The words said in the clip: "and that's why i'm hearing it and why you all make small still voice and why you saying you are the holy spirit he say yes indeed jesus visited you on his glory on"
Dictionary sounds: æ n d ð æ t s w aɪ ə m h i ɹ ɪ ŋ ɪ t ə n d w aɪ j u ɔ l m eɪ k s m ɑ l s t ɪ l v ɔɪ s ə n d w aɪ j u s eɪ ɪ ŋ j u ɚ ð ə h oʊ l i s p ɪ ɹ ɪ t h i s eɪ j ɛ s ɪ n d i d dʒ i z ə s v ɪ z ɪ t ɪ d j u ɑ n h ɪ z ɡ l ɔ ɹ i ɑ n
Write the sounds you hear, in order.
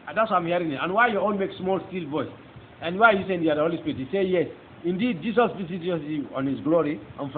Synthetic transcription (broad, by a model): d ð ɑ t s w aɪ ə m h i ɹ ɪ ŋ ɪ t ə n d w aɪ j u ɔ n m eɪ k s m ɑ l s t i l v ɔɪ s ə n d w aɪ j u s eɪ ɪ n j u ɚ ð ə h oʊ l i s p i ɹ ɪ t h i s eɪ j ɛ s ɪ n d i d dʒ i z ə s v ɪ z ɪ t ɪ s j u ɑ n h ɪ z ɡ l ɔ ɹ i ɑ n